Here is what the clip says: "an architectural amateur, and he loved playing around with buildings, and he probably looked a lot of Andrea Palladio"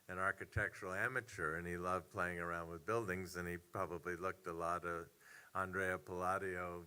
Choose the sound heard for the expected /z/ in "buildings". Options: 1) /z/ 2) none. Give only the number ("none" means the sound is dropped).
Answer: 1